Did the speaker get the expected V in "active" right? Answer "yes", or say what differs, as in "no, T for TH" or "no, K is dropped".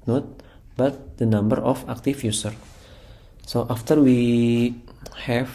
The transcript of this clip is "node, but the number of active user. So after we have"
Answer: no, F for V